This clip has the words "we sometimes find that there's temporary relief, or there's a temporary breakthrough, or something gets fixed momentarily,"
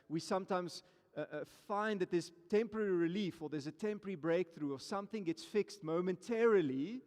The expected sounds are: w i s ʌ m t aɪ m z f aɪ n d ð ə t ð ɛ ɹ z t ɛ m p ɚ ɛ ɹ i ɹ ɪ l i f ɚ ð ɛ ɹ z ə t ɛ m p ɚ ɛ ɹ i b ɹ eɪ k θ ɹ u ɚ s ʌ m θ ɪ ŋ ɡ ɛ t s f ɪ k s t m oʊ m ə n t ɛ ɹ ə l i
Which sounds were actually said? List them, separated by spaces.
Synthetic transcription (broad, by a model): w i s ʌ m t aɪ m z f aɪ n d ð ə t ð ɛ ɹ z t ɛ m p ɚ ɛ ɹ i ɹ ɪ l i f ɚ ð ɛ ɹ z ə t ɛ m p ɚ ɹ i b ɹ eɪ k θ ɹ u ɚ s ʌ m θ ɪ ŋ ɡ ɛ t s f ɪ k s t m oʊ m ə n t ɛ ɹ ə l i